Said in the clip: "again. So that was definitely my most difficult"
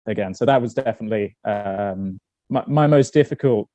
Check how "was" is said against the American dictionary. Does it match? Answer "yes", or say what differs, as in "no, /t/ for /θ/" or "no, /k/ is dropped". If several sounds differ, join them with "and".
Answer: yes